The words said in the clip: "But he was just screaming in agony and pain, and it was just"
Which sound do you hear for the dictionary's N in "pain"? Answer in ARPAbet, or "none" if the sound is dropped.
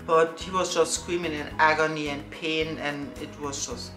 N